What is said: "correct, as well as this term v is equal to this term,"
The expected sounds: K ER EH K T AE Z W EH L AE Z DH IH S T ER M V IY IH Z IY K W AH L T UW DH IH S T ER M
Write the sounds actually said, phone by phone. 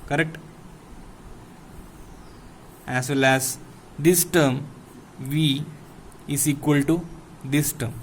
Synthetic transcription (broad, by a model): K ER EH K T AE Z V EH L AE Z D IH S T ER M V IY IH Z IY K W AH L T UW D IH S T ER M